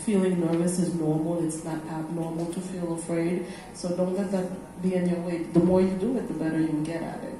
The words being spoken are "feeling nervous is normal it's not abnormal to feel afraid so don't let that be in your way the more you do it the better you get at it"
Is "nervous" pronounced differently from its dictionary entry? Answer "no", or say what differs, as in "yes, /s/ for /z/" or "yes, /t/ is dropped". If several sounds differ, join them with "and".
no